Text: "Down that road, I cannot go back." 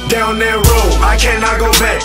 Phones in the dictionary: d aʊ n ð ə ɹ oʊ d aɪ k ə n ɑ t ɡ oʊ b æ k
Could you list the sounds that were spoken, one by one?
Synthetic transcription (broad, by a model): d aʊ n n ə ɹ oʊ aɪ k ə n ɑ ɡ oʊ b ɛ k